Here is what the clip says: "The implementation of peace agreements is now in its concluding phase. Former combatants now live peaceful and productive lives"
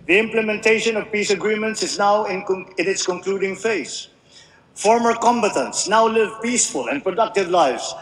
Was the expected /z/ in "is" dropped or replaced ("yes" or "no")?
no